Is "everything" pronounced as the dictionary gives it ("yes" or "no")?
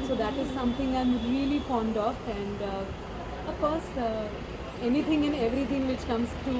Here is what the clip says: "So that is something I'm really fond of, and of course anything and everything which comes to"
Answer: no